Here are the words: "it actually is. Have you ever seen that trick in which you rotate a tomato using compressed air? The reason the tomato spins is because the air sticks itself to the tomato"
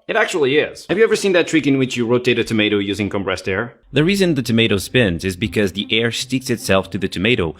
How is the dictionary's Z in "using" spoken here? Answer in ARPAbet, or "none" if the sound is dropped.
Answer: Z